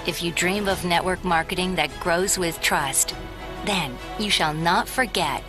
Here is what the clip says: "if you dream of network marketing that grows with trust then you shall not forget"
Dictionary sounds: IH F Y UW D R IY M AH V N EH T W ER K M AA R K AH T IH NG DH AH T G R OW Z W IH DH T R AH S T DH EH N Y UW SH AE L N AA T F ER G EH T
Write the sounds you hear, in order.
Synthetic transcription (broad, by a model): IH F Y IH D R IY M AH V N EH T W ER K M AA R K AH T IH NG DH AH T G R OW Z W IH DH T R AH S T DH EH N Y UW SH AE L N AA T F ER G EH T